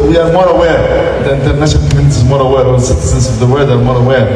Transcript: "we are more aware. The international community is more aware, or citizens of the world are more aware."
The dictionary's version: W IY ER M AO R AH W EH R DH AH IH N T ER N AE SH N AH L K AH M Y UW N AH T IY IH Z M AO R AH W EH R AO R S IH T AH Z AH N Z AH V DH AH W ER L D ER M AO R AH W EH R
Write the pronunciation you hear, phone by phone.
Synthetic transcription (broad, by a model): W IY ER M AO R AH W EH R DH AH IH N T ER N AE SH AH N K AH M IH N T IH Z M AO R AH W EH R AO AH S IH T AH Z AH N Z AH V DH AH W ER D ER M AO R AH W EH R